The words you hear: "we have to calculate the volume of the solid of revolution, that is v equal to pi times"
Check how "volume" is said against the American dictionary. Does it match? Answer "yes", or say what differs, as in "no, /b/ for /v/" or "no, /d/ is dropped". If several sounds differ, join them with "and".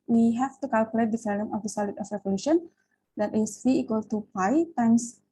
no, /f/ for /v/